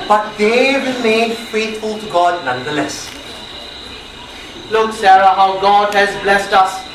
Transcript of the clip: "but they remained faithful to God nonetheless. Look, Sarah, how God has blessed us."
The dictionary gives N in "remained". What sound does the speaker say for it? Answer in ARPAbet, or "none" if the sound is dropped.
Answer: none